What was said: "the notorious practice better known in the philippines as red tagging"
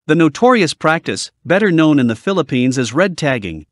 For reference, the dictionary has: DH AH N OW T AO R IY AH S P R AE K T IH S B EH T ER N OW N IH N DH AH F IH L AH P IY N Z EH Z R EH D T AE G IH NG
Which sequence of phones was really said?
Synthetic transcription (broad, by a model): DH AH N OW T AO R IY AH S P R AE K T IH S B EH T ER N OW N IH N DH AH F IH L AH P IY N Z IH Z R EH D T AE G IH NG